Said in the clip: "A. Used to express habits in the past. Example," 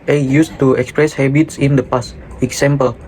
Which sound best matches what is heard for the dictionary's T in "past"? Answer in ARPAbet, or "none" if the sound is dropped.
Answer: none